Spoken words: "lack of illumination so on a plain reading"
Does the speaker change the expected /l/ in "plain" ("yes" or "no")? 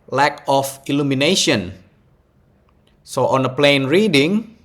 no